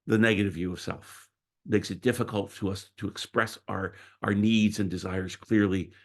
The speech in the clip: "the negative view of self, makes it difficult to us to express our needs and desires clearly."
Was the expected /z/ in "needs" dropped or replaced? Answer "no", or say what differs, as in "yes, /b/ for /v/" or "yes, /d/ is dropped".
no